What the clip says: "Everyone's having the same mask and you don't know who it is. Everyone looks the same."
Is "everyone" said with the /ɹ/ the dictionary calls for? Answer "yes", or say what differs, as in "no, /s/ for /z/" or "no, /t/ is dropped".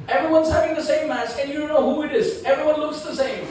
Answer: yes